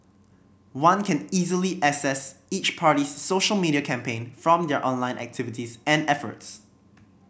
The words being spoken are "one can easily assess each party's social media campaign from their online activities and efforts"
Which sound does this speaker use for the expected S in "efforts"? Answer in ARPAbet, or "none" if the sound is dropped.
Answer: S